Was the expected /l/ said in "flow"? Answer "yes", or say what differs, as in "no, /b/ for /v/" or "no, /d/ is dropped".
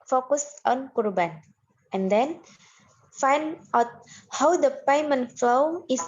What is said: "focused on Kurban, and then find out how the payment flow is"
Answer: yes